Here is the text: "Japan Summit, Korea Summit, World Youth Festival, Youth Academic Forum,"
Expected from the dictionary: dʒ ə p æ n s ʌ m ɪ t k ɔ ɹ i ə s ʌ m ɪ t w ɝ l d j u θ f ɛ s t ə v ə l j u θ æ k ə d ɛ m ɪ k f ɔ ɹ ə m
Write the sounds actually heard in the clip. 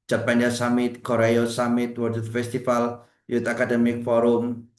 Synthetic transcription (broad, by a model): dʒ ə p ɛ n s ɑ m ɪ t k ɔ ɹ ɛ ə s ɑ m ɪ t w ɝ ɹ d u t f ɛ s t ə f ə l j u t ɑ k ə d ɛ m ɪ k f ɔ ɹ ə m